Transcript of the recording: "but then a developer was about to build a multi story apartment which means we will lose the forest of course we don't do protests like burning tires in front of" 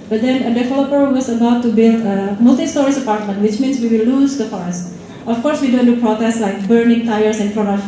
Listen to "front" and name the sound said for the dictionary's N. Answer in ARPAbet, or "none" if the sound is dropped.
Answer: none